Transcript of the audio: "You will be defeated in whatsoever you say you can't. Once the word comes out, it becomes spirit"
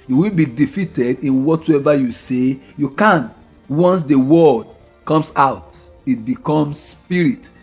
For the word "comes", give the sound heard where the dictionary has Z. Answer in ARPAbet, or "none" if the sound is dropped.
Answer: S